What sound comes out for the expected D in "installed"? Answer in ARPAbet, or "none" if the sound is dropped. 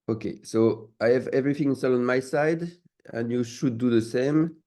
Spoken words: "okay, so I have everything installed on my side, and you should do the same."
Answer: none